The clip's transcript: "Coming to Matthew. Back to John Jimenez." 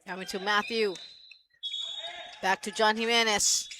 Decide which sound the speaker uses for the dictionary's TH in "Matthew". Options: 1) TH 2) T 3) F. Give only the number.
1